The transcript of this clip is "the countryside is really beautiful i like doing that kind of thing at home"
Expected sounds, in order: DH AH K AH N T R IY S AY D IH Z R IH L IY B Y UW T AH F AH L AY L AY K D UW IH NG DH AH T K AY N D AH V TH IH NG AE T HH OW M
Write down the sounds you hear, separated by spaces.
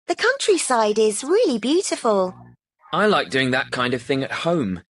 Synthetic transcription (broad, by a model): DH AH K AH N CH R IY S AY D IH Z R IH L IY B Y UW T AH F AH L AY L AY K D UW IH NG DH AH T K AY N D AH V TH IH NG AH T HH OW M